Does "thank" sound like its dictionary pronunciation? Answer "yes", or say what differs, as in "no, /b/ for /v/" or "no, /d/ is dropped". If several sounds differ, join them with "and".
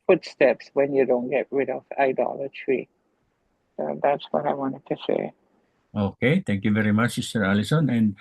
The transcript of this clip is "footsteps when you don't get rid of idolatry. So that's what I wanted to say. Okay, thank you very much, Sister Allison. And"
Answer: no, /t/ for /θ/